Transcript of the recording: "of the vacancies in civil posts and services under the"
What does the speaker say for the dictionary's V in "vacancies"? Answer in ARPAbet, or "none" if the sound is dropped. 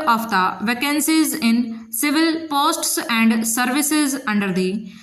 V